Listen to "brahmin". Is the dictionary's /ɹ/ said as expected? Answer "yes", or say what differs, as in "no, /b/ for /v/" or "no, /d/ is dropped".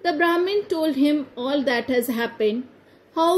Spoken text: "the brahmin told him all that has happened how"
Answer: yes